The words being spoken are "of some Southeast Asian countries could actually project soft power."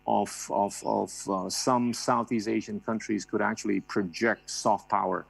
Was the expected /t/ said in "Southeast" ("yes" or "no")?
no